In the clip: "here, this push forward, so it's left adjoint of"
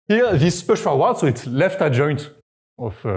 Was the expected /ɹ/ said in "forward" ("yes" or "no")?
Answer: no